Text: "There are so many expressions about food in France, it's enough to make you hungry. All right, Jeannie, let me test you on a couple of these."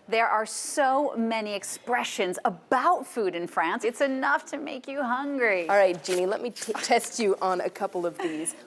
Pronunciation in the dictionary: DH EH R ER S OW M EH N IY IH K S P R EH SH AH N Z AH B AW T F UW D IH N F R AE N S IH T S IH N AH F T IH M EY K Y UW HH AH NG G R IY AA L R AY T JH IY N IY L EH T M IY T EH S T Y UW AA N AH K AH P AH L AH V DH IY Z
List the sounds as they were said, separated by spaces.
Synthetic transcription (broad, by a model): DH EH R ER S OW M EH N IY IH K S P R EH SH AH N Z AH B AW T F UW D IH N F R AE N S IH T S IH N AH F T IH M EY K Y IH HH AH NG G R IY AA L R AY T JH IY N IY L EH T M IY T EH S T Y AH N AH K AH P L AH V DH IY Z